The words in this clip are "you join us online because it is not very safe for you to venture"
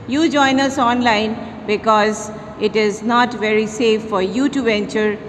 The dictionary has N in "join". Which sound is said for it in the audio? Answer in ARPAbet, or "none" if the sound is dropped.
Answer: N